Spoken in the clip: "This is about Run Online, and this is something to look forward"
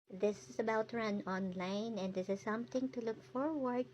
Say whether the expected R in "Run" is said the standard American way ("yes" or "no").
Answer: yes